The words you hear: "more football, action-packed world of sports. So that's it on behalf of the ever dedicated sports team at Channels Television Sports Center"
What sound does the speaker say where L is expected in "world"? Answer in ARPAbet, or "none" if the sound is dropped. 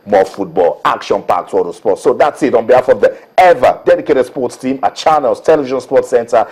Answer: none